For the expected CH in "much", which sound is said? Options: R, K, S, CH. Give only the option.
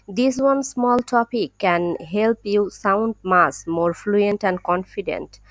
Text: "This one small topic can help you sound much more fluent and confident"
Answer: S